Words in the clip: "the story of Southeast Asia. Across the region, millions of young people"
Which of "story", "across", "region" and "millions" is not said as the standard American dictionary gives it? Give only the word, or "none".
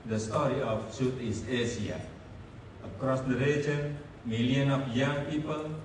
millions